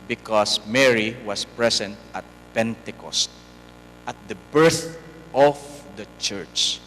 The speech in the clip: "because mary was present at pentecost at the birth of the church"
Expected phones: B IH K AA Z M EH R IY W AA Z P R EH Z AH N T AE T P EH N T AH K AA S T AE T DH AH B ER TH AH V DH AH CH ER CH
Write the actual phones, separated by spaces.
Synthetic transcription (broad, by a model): B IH K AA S M EH R IY W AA S P R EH S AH N T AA T P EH N T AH K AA S T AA T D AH B ER TH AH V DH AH CH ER CH